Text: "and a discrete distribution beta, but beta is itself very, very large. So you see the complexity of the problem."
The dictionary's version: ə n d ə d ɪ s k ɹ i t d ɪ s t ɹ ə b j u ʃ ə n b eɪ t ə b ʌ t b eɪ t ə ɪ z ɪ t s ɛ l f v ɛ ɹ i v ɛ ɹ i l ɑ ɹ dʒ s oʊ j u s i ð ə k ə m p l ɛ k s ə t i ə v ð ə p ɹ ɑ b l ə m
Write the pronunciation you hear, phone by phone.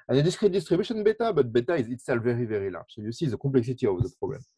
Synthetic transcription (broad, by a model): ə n ə d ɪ s k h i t d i s t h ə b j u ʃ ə n b eɪ t ə b ʌ t b eɪ t ə ɪ z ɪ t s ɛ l v ɛ ɹ i v ɛ ɹ i l ɑ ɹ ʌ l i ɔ s i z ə k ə p l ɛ k s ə t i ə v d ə p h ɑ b l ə m